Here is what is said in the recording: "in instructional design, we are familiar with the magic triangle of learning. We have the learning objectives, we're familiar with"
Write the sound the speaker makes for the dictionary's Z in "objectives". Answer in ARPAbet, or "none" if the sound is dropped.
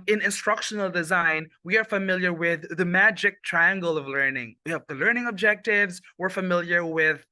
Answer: Z